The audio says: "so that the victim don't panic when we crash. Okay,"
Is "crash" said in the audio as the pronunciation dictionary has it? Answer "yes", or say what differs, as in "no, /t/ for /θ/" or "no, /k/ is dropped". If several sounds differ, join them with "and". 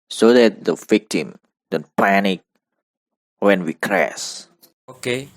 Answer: no, /s/ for /ʃ/